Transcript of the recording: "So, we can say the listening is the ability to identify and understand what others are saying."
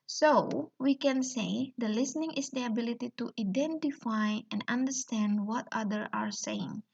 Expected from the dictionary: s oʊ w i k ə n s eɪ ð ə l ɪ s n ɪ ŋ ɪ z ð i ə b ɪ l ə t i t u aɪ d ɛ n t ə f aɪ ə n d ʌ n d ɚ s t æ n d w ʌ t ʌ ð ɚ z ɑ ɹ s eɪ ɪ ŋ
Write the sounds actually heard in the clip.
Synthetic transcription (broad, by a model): s oʊ w i k ə n s eɪ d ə l ɪ s n ɪ ŋ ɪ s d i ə b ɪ l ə t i t u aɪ d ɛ n t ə f aɪ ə n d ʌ n d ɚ s t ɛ n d w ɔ t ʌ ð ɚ ɑ ɹ s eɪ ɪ ŋ